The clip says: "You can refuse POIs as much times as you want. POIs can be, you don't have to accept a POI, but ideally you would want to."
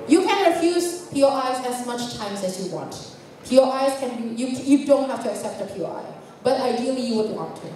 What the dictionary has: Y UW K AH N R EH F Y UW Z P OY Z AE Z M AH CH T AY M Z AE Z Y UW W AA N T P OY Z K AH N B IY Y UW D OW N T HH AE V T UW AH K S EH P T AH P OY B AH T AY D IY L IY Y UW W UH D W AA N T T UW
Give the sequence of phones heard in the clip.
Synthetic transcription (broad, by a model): Y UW K AH N R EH F Y UW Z P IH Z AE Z M AH CH T AY M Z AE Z Y UW W AA N T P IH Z K AH N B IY Y UW D OW N T HH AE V T UW AH K S EH P T AH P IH B AH T AY D IY L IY Y UW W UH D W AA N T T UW